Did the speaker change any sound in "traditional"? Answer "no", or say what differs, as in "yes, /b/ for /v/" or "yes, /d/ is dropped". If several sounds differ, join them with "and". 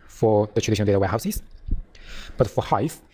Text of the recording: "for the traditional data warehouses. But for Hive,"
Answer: yes, /n/ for /l/